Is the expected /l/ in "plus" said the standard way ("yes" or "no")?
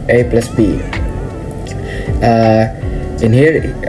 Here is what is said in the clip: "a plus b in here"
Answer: yes